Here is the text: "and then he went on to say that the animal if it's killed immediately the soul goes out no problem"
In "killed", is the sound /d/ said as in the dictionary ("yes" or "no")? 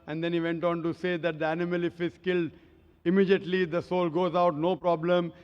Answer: yes